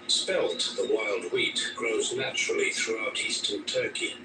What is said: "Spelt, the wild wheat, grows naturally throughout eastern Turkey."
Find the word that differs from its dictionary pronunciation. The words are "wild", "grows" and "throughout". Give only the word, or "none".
none